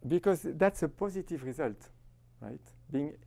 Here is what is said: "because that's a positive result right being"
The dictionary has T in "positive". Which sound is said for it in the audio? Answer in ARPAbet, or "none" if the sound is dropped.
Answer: T